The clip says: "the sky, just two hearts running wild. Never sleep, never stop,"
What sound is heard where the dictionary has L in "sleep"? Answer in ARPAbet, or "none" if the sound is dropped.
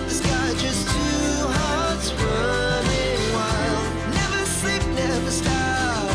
none